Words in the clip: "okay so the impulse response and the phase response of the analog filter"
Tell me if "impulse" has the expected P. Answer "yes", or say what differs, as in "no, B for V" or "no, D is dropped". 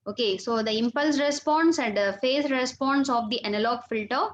yes